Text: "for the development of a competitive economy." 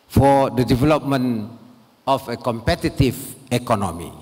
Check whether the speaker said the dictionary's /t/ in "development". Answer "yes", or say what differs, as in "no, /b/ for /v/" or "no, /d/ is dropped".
no, /t/ is dropped